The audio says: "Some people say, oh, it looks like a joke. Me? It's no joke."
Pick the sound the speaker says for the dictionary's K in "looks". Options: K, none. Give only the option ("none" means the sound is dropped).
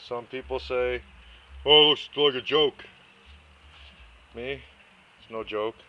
none